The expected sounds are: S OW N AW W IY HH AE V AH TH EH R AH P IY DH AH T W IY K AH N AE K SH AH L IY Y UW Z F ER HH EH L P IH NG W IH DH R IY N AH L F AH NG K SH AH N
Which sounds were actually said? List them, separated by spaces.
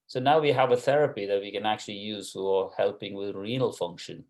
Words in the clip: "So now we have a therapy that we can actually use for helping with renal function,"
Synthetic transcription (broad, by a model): S OW N AW W IY HH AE V AH TH EH R AH P IY DH AH T W IY K AH N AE K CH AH L IY Y UW Z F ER HH EH L P IH NG W IH DH R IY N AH L F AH NG K SH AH N